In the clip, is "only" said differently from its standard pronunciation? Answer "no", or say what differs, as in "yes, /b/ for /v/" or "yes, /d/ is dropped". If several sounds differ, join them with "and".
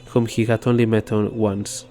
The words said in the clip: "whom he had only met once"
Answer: no